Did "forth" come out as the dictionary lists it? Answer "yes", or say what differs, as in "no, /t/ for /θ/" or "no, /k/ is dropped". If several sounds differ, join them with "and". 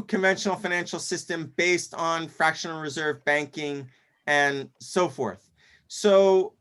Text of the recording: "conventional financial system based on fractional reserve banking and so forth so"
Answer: yes